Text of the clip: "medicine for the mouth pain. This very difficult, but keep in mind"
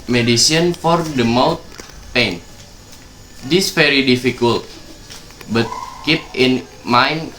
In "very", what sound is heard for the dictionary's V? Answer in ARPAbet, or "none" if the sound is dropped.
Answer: F